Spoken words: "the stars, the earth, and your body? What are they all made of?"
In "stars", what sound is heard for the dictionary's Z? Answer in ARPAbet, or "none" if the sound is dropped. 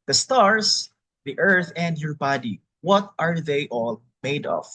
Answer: S